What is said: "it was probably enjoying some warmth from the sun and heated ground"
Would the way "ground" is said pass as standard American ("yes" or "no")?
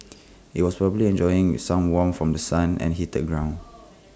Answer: no